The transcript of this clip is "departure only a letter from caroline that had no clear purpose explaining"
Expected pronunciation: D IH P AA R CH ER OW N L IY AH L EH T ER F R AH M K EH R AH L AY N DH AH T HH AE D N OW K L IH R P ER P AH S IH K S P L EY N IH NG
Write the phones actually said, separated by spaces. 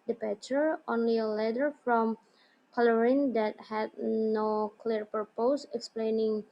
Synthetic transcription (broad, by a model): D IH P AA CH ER OW N L IY AH L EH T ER F R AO M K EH L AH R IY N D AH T HH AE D N OW K L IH R P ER P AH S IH K S P L EY N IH NG